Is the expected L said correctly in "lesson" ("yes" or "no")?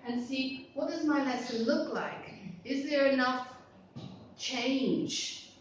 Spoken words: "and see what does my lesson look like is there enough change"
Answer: no